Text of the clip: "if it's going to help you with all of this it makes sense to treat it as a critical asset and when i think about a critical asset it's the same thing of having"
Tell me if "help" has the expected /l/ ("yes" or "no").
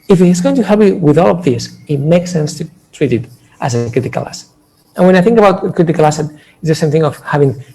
no